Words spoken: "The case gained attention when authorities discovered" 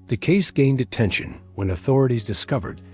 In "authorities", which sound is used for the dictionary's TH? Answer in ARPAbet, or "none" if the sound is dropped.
TH